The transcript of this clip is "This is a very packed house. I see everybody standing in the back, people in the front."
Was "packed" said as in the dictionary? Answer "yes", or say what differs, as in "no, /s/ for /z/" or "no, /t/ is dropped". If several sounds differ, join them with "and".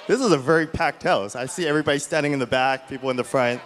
yes